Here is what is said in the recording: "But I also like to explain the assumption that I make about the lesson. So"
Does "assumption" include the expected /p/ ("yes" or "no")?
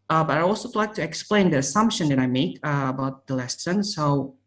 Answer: yes